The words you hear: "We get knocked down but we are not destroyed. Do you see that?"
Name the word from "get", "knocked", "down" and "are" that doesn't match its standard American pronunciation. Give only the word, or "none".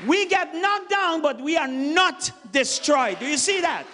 knocked